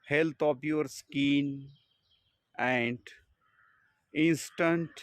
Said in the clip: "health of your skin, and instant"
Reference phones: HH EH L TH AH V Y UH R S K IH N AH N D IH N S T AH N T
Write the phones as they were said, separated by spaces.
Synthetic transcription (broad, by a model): HH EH L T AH P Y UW R S K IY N AH N D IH N S T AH N T